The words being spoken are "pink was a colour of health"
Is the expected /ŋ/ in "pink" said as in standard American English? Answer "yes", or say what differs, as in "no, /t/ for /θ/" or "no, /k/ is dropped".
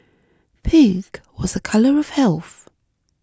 no, /ŋ/ is dropped